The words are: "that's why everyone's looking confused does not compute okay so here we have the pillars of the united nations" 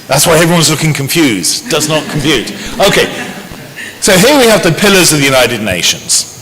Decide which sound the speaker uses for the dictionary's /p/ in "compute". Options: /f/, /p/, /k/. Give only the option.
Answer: /f/